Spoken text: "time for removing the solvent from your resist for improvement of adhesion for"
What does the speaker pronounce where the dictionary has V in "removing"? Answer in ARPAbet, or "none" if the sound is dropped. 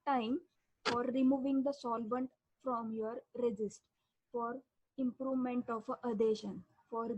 V